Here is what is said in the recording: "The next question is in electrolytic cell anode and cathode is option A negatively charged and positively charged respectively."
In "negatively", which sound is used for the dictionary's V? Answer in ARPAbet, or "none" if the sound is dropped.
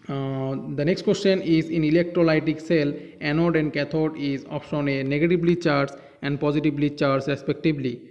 B